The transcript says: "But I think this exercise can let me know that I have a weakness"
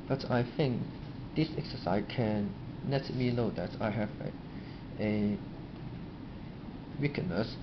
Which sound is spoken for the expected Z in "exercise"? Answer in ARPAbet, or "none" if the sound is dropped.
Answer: none